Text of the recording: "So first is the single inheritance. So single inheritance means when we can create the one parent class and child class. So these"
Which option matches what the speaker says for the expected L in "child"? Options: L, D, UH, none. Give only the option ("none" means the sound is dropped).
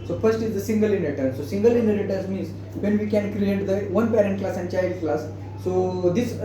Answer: L